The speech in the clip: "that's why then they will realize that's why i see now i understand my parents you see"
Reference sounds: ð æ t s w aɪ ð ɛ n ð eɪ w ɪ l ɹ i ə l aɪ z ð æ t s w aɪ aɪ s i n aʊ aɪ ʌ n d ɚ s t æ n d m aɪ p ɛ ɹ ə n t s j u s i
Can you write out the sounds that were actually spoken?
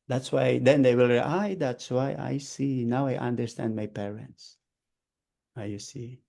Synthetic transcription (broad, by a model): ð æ t s w aɪ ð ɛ n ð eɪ w ɪ l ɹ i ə ɪ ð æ t s w aɪ aɪ s i n aʊ aɪ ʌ n d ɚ s t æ n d m aɪ p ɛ ɹ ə n t s j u s i